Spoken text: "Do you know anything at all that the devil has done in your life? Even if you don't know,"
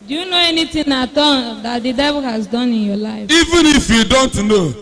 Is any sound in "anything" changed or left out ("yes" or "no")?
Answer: yes